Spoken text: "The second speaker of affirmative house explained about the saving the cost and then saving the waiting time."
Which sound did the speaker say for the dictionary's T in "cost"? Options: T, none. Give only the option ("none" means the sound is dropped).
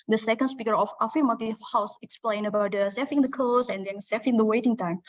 none